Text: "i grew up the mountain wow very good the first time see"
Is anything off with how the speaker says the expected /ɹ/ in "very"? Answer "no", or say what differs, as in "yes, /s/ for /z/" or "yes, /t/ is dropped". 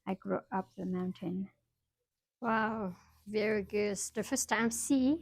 no